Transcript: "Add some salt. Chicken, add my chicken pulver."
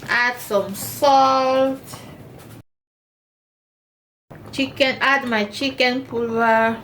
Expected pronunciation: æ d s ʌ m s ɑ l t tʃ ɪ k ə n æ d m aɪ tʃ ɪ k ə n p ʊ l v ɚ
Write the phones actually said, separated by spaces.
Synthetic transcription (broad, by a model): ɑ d s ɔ m s ɑ l t tʃ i k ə n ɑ d m aɪ tʃ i k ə n p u l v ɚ